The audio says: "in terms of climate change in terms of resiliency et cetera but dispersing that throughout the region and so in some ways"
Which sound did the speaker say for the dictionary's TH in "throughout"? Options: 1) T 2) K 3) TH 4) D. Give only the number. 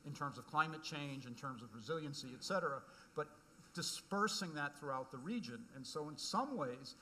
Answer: 3